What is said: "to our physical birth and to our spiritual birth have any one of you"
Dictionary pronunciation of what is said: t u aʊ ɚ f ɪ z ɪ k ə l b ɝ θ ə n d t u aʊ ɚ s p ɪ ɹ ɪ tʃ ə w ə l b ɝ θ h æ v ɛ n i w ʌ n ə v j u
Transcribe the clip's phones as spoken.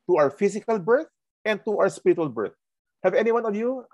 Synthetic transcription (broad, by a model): t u aʊ ɚ f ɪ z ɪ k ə l b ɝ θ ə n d t u aʊ ɚ s p ɪ ɹ ɪ tʃ ə w ə l b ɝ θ h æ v ɛ n i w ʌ n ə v j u